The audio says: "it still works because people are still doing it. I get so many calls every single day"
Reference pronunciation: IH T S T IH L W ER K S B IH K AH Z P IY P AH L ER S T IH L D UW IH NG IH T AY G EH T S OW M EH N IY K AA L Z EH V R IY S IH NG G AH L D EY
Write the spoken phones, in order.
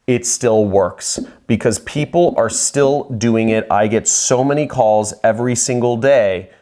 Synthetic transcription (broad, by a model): IH T S T IH L W ER K S B IH K AH Z P IY P L ER S T IH L D UW IH NG IH T AY G EH T S OW M EH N IY K AA L Z EH V R IY S IH NG G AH L D EY